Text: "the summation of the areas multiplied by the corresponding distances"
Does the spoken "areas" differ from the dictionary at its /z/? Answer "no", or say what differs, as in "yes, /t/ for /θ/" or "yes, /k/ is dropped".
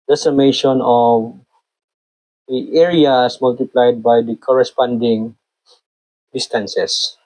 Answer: yes, /s/ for /z/